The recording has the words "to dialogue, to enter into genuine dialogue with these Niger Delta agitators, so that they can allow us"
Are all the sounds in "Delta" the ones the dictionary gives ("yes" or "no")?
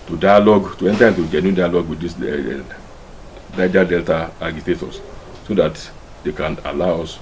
yes